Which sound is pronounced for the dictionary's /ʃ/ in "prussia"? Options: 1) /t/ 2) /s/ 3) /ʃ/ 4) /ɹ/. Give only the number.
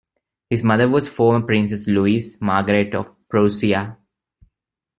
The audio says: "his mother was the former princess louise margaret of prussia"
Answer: 2